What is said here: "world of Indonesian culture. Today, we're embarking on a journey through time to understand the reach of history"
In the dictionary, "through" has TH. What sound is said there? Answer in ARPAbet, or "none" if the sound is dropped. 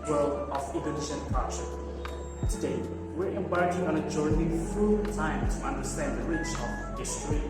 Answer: F